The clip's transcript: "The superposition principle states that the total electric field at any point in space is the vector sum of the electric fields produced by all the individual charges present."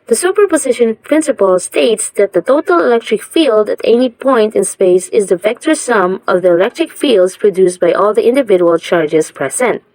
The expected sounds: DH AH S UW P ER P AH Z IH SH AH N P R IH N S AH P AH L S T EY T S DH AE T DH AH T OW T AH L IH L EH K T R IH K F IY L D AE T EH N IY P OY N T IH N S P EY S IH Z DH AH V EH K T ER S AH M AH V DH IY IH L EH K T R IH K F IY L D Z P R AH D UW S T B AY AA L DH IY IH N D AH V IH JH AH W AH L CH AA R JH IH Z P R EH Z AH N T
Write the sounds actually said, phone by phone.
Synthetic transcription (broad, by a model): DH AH S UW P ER P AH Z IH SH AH N P R IH N S AH P AH L S T EY T S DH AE T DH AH T OW T AH L IH L EH K T R IH K F IY L D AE T EH N IY P OY N T IH N S P EY S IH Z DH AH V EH K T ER S AH M AH V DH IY IH L EH K T R IH K F IY L D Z P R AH D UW S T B AY AA L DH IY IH N D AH V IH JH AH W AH L CH AA R JH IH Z P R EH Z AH N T